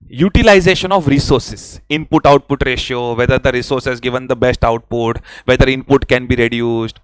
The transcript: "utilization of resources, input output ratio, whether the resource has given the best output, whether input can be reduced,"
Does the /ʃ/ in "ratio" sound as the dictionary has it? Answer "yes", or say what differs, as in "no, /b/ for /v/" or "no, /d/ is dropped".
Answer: yes